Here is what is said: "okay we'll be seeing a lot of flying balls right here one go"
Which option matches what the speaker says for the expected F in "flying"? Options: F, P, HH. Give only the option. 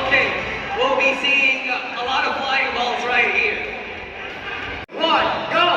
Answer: P